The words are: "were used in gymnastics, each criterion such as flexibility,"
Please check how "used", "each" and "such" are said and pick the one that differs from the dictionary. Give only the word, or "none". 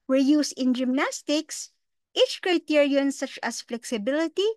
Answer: used